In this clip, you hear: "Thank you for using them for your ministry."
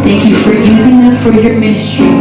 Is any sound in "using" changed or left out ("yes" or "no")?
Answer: no